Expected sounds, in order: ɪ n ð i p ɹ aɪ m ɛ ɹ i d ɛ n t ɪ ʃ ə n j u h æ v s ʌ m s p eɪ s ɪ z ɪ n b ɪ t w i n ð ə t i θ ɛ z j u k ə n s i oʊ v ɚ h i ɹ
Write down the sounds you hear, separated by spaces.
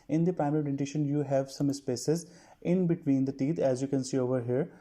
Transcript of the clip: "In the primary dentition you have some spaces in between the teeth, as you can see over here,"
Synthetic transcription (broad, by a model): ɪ n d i p ɹ aɪ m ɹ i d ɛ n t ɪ ʃ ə n j u h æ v s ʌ m s p eɪ s ɪ z ɪ n b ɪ t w i n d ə t i t ɛ z j u k ə n s i oʊ v ɚ h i ɹ